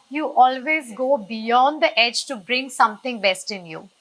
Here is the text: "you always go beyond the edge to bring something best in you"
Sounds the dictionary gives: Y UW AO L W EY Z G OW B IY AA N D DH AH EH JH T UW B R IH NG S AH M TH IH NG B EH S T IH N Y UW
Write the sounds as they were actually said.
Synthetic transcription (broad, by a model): Y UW AO L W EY Z G OW B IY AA N D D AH EH JH T UW B R IH NG S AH M T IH NG B EH S T IH N Y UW